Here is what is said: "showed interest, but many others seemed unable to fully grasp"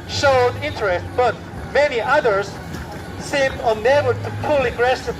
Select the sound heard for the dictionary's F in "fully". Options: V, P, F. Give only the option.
P